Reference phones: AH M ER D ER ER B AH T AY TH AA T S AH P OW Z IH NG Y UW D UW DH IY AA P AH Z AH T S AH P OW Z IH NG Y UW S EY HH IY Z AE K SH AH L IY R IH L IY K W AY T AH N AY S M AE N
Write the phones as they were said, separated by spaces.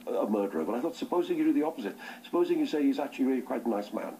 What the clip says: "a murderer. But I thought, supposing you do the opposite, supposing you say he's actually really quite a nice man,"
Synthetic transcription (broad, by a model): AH M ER D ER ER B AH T AY TH AA T S AH P OW Z IH NG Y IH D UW DH IY AA P AH Z AH T S AH P OW Z IH NG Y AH S EY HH IY Z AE K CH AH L IY R IH L IY K W AY T AH N AY S M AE N